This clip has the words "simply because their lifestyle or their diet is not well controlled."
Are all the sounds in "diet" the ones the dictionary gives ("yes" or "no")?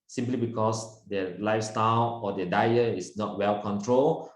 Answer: no